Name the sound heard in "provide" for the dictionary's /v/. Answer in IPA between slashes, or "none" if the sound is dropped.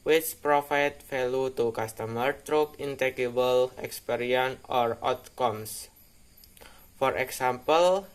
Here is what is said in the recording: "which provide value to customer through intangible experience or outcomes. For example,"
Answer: /f/